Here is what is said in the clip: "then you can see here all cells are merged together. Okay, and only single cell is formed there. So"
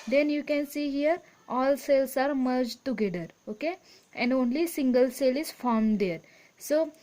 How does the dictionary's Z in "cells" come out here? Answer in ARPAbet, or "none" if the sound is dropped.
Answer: S